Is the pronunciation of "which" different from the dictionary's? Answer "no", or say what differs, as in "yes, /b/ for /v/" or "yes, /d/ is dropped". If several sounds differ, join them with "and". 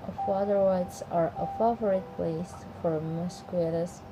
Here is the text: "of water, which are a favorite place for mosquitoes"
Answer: yes, /s/ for /tʃ/